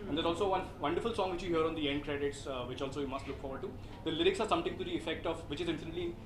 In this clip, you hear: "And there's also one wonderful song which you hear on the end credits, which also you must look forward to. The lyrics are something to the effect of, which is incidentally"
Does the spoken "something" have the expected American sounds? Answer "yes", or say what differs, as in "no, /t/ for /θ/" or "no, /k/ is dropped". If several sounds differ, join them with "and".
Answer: no, /t/ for /θ/